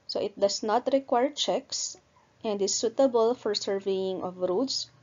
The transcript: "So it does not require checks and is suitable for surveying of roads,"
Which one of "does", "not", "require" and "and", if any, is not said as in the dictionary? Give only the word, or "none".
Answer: does